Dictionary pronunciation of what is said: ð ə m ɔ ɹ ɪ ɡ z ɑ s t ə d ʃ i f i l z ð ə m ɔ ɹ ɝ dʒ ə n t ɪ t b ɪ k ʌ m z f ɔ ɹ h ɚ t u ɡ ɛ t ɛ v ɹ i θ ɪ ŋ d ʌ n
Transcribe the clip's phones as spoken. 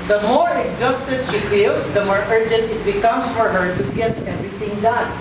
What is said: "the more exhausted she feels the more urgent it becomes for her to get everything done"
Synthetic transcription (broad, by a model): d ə m ɔ ɹ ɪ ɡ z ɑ s t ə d ʃ i f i l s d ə m ɔ ɹ ɝ dʒ ə n t ɪ t b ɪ k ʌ m s f ɔ ɹ h ɚ t u ɡ ɛ t ɛ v ɹ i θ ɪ ŋ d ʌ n